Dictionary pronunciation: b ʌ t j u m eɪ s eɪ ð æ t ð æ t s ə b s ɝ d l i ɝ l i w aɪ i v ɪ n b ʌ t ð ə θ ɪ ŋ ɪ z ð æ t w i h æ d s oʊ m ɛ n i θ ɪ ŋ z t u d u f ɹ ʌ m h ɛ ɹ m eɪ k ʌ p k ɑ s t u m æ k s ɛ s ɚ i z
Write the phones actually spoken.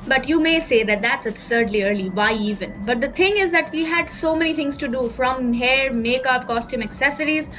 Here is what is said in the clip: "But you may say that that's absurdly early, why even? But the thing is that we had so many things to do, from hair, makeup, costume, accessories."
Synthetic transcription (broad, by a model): b ʌ t j u m eɪ s eɪ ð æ t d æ t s ə b s ɝ d l i ɝ l i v aɪ i v ɪ n b ʌ t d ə t ɪ ŋ ɪ z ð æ t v i h æ d s oʊ m ɛ n i t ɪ ŋ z t u d u f ɹ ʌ m h ɛ ɹ m eɪ k ʌ p k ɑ s t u m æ k s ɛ s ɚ i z